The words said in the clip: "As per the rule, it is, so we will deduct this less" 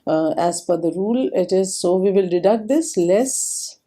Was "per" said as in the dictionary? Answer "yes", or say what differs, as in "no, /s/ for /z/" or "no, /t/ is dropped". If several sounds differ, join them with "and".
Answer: no, /f/ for /p/